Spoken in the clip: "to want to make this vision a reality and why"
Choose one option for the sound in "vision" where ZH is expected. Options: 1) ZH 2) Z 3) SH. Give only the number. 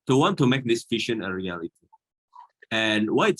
3